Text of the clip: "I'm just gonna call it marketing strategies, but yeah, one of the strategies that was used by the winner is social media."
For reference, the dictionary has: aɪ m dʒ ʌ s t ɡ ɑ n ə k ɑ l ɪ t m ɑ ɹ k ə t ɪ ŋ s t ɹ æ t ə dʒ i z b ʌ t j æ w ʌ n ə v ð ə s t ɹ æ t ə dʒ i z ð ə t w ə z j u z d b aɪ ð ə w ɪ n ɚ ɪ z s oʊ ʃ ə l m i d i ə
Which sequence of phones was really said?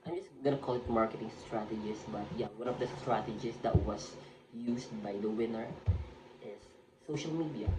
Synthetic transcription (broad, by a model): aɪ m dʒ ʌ s ɡ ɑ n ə k ɑ l ɪ t m ɑ ɹ k ə t ɪ ŋ s t ɹ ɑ t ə dʒ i s b ʌ t j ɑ w ʌ n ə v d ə s t ɹ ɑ t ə dʒ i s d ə t w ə s j u s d b aɪ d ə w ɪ n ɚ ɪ s oʊ ʃ ə l m i d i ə